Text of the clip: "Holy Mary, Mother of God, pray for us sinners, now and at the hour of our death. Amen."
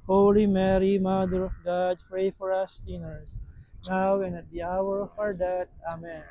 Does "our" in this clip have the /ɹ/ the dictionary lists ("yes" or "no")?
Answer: yes